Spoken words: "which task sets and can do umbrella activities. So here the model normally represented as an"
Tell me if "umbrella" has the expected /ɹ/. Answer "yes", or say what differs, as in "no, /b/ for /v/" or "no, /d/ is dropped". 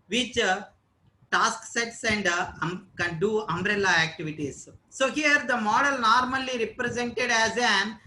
yes